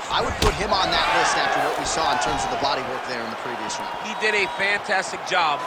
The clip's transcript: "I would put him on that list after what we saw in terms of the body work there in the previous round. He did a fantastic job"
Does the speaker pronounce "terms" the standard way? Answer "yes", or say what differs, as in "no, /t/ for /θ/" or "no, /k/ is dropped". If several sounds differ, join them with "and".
yes